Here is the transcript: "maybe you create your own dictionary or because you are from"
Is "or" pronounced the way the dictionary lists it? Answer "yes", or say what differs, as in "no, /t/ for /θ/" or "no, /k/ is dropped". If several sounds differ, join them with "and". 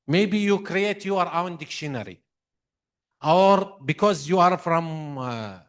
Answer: yes